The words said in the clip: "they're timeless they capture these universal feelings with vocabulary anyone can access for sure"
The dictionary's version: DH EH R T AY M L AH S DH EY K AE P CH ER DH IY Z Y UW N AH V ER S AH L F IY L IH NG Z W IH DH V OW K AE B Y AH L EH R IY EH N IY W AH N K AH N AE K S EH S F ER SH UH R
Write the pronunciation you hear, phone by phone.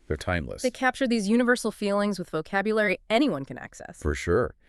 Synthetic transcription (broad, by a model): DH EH R T AY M L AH S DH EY K AE P CH ER DH IY Z Y UW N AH V ER S L F IY L IH NG Z W IH DH V OW K AE B Y AH L EH R IY EH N IY W AH N K AH N AE K S EH S F ER SH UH R